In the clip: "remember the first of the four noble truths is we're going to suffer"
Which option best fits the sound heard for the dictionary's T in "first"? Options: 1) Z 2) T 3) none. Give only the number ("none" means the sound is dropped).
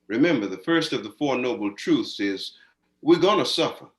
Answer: 2